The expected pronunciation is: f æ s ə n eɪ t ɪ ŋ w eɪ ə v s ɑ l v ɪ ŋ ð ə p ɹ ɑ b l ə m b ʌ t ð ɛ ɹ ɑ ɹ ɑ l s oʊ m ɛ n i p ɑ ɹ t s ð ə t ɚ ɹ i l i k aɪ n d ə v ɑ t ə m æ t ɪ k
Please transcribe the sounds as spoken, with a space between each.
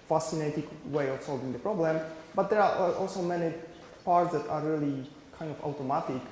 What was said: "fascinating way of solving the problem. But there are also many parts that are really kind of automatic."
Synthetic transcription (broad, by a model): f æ s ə n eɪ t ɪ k w eɪ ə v s ɑ l v ɪ ŋ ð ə p ɹ ɑ b l ə m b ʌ t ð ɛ ɹ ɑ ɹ ɑ l s oʊ m ɛ n i p ɑ ɹ t s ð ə t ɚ ɹ i l i k aɪ n d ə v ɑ t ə m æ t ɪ k